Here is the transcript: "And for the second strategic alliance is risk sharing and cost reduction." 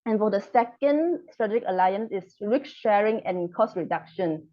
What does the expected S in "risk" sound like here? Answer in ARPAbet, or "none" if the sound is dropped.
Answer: none